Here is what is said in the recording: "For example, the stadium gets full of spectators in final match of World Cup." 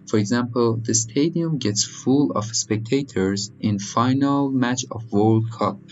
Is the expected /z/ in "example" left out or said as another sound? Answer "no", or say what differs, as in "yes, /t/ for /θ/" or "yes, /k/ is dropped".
no